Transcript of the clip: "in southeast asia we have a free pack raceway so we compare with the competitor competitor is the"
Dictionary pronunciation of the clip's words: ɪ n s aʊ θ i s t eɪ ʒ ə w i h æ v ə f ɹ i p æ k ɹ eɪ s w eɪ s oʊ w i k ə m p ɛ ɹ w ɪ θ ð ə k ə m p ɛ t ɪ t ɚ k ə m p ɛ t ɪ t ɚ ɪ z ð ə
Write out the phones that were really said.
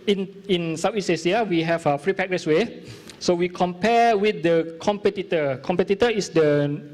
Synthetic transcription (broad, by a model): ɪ n s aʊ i s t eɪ s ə w i h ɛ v ə f ɹ i p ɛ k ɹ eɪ s w eɪ s oʊ w i k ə m p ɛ w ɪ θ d ə k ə m p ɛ t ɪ t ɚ k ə m p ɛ t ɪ t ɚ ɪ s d ə